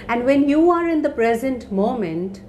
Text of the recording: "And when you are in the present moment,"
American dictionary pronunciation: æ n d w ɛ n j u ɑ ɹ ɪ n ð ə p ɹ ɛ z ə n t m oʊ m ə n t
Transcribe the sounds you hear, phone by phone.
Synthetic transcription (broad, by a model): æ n d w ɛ n j u ɑ ɹ ɪ n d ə p ɹ ɛ z ə n t m oʊ m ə n t